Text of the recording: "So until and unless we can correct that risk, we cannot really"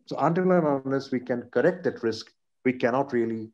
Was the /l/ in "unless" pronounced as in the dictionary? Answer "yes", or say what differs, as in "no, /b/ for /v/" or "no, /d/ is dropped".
no, /l/ is dropped